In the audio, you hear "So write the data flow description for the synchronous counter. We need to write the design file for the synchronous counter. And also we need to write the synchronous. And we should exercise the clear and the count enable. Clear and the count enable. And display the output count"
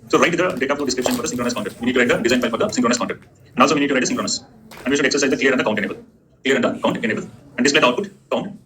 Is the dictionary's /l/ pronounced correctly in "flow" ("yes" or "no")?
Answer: no